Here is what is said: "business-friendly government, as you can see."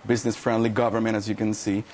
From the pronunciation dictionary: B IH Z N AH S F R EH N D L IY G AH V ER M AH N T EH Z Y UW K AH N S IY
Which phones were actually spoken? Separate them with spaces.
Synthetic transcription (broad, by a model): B IH Z N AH S F R EH N D L IY G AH V ER M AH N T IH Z Y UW K AH N S IY